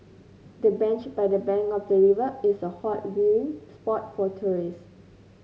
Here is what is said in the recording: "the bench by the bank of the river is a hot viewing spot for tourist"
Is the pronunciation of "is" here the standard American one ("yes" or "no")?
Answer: no